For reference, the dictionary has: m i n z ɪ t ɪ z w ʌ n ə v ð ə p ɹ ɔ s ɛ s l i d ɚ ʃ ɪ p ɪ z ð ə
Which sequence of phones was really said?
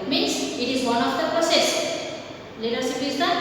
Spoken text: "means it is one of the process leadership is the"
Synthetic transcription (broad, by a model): m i n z ɪ t ɪ z w ʌ n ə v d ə p ɹ ɔ s ɛ s l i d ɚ s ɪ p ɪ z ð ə